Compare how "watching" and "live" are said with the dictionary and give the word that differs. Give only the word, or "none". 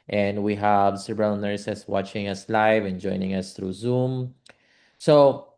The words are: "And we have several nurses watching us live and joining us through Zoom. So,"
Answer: none